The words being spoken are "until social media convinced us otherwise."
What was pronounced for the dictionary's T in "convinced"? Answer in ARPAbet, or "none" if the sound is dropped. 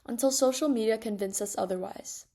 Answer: none